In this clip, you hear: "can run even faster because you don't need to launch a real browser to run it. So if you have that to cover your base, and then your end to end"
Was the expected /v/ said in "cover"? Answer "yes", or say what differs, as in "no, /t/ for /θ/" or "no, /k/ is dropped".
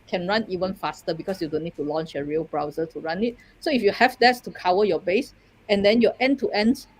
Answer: no, /w/ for /v/